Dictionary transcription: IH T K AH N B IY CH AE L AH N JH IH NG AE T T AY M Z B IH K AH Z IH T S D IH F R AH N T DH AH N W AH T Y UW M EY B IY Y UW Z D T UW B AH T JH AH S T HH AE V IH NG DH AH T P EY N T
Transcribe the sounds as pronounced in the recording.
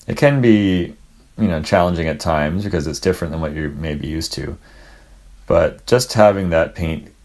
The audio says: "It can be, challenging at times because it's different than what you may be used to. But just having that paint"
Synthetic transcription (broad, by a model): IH T K AH N B IY CH AE L AH N JH IH NG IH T T AY M Z B IH K AH Z IH T S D IH F R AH N DH AH N W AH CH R M EY B IY Y UW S T UW B AH T JH AH S T HH AE V IH NG DH AH T P EY N T